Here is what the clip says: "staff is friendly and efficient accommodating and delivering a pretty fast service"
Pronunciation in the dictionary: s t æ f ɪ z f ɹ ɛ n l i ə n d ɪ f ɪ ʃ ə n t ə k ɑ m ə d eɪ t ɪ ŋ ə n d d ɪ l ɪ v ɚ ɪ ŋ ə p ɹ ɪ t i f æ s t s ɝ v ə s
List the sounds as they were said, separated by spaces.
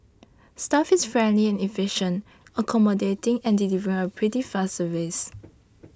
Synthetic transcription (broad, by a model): s t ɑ f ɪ s f ɹ ɛ n l i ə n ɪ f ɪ ʃ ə n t ə k ɑ m ə d eɪ t ɪ ŋ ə n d d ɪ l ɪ v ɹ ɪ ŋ ə p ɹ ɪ t i f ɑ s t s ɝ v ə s